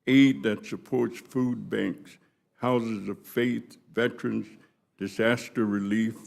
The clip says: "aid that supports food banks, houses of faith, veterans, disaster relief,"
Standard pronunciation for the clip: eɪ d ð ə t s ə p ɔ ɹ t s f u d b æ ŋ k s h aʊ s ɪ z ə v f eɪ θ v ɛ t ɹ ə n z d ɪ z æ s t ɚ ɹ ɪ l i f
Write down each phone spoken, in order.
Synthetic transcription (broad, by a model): eɪ d ð ə t s ə p ɔ ɹ t s f u d b æ ŋ k s h aʊ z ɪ z ə v f eɪ θ v ɛ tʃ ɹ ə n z d ɪ z æ s t ɚ ɹ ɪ l i f